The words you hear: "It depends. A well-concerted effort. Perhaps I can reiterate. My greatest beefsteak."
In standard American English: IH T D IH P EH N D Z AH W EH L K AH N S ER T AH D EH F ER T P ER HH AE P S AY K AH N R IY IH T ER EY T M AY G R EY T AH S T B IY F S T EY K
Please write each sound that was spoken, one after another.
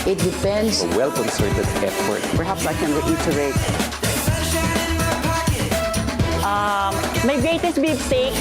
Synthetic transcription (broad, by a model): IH T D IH F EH N D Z AH W EH L K AH N S ER T AH D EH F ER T P ER HH AE P S AY K AH N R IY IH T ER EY T M AY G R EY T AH S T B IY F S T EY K